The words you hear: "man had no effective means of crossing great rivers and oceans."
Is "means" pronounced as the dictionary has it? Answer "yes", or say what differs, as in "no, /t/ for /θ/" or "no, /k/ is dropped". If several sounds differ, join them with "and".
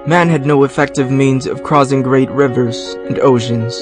yes